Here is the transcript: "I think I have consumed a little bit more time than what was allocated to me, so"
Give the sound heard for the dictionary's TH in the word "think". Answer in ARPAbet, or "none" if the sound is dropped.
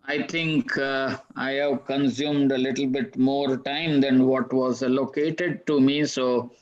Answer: T